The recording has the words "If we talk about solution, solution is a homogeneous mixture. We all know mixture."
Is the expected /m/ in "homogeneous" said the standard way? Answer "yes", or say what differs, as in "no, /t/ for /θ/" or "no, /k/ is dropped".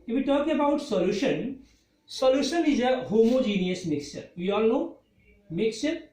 yes